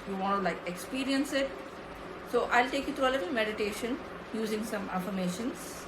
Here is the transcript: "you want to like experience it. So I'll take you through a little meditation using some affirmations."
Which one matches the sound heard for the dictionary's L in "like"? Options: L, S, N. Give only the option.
L